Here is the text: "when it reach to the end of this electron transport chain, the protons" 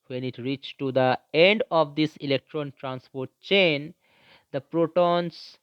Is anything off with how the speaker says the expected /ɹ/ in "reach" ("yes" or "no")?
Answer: no